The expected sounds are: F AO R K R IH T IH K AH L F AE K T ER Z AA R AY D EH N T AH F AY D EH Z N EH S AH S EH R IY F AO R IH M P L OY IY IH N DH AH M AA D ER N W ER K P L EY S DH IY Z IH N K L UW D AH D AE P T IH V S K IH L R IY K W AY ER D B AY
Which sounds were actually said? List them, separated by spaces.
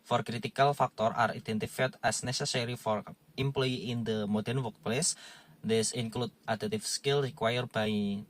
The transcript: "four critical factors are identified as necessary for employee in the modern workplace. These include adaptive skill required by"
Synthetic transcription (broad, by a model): F AO R K R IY T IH K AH L F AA K T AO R AA R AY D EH N T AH F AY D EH S N EH S AH S EH R IY F AO R IH M P L OY IY IH N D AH M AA D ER N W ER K P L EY S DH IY S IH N K L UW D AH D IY T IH F S K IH L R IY K W AY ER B AY